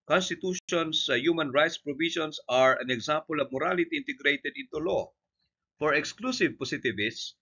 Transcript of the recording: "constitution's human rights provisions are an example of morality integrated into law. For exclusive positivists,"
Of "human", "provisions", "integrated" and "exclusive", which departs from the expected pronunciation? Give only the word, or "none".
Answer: provisions